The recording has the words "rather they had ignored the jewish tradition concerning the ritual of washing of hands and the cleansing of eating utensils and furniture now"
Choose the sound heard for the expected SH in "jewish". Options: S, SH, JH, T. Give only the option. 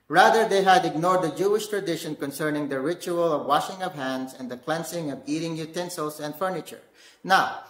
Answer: SH